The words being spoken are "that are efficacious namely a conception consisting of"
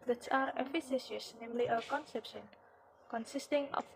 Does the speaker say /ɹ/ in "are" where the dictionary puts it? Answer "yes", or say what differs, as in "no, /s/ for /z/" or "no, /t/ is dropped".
yes